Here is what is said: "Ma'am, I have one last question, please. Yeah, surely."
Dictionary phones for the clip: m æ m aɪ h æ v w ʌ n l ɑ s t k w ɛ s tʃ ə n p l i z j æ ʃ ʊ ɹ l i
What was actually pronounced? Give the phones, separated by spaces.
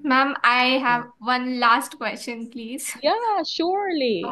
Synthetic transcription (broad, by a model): m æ m aɪ h æ v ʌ n l ɑ s t k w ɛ s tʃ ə n p l i z j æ ʃ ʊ ɹ l i